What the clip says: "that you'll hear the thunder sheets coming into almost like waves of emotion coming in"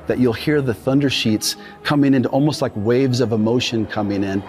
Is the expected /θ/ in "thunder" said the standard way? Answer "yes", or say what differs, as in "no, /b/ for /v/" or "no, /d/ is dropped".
yes